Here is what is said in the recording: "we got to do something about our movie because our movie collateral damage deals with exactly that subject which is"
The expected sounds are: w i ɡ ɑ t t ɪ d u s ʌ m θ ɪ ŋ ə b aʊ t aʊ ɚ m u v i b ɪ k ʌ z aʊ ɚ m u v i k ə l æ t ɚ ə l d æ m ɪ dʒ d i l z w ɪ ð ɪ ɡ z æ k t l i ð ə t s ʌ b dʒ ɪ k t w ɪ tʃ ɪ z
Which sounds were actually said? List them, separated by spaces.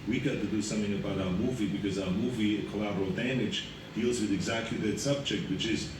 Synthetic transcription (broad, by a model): w i ɡ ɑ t t ɪ d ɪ s ʌ m θ ɪ ŋ ə b aʊ t aʊ ɚ m u v i b ɪ k ʌ z aʊ ɚ m u v i k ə l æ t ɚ l d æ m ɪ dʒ d i l z w ɪ ð ɪ ɡ z æ k t l i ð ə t s ʌ b dʒ ɪ k t w ɪ tʃ ɪ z